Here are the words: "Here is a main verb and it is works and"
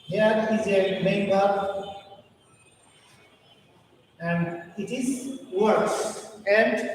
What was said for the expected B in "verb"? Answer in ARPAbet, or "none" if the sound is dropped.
none